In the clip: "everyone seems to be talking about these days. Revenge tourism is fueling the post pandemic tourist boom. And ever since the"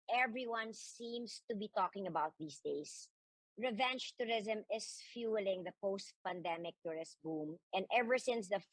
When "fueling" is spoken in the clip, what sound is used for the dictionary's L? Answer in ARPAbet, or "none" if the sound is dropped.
L